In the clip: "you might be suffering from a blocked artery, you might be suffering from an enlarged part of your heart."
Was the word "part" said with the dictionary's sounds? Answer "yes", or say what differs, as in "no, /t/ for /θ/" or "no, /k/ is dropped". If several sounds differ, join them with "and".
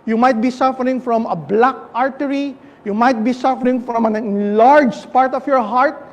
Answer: yes